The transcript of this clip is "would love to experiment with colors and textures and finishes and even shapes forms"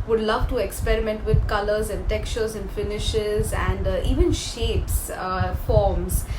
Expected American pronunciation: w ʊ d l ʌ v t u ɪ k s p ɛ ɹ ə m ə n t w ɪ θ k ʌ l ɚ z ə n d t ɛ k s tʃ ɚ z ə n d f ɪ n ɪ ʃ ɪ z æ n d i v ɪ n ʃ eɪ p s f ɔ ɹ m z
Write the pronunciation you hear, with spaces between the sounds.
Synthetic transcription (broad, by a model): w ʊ d l ʌ v t u ɪ k s p ɛ ɹ ə m ə n t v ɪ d k ʌ l ɚ z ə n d t ɛ k s tʃ ɚ z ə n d f ɪ n ɪ ʃ ɪ z æ n d i v ɪ n ʃ eɪ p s f ɔ ɹ m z